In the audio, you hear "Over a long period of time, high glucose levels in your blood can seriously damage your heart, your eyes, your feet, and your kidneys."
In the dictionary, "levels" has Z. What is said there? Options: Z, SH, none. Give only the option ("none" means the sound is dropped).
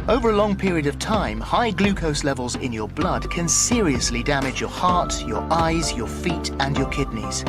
Z